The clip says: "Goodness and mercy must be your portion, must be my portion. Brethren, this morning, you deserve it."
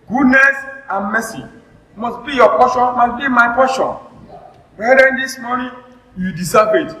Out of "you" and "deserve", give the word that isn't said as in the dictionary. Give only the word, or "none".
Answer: deserve